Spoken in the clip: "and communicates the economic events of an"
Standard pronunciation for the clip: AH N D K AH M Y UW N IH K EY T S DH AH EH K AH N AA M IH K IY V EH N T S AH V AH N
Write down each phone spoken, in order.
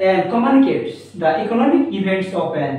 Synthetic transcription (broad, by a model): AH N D K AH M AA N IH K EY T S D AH EH K AH N AA M IH K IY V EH N T S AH P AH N